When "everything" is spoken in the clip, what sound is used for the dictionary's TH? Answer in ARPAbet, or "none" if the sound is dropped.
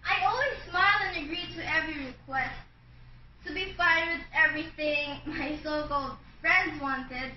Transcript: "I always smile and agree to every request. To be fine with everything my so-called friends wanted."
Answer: TH